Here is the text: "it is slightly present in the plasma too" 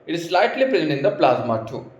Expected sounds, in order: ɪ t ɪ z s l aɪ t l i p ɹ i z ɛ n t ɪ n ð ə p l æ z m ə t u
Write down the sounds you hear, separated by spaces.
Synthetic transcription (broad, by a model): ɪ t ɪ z s l aɪ t l i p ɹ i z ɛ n ɪ n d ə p l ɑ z m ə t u